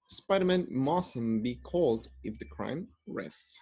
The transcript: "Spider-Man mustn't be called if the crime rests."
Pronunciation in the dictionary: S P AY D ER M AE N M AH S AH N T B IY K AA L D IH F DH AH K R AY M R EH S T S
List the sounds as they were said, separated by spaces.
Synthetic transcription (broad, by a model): S P AY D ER M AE N M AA S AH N B IY K AA L D IH F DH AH K R AY M R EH S T S